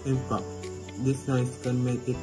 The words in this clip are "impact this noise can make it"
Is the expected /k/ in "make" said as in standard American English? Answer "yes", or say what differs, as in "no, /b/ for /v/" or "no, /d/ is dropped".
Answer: no, /k/ is dropped